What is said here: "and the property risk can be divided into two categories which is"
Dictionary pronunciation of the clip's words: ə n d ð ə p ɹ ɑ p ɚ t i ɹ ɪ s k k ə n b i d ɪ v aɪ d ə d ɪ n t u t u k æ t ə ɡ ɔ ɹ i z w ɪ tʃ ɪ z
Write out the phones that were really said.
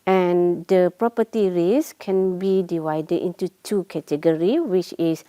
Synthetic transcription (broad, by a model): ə n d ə p ɹ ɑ p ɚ t i ɹ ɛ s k k ə n b i d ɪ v aɪ d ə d ɪ n t u t u k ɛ t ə ɡ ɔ ɹ i w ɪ tʃ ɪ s